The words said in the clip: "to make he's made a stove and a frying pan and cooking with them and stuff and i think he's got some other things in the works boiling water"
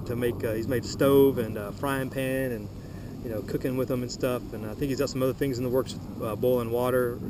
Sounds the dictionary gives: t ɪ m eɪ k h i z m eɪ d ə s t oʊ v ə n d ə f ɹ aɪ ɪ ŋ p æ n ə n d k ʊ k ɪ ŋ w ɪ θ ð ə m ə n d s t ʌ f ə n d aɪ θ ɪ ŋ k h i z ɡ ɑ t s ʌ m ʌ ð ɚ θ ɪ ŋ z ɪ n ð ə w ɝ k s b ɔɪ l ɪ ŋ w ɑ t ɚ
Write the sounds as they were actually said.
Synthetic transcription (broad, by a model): t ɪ m eɪ k h i z m eɪ d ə s t oʊ v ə n ə f ɹ aɪ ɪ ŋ p æ n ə n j k ʊ k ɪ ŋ w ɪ ð ə m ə n s t ʌ f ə n aɪ θ ɪ k h i z ɡ ɑ t s ʌ m ʌ ð ɚ θ ɪ ŋ z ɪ n ð ə w ɝ k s b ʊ l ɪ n w ɑ t ɚ